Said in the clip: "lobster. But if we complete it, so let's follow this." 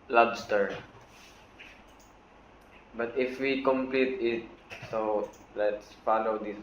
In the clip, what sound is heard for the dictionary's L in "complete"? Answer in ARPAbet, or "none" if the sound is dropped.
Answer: L